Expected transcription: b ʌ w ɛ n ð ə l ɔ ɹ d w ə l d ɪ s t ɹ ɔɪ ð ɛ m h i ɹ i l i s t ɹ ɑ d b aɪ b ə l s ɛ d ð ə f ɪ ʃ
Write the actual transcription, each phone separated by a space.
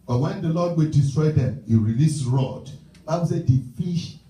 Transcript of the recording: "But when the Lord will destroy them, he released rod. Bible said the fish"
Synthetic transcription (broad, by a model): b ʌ w ɛ n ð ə l ɔ d w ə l d ɪ s t ɹ ɔɪ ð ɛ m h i ɹ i l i s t ɹ ɑ d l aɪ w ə s ɛ d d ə f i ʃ